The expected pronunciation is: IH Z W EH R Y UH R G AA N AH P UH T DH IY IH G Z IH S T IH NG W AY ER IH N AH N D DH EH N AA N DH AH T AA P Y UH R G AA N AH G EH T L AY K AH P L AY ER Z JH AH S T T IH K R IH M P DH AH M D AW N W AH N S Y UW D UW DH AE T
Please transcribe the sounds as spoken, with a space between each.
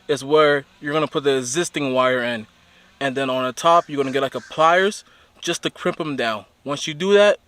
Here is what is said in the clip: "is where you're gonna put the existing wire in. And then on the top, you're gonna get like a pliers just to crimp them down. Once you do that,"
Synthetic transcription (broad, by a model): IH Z W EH R Y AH R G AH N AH P UH T DH IY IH G Z IH S T IH NG W AY ER IH N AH N DH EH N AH N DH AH T AA P Y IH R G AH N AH G EH T L AY K AH P L AY ER Z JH AH S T T IH K R IH M P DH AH M D AW N W AH N S Y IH D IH DH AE T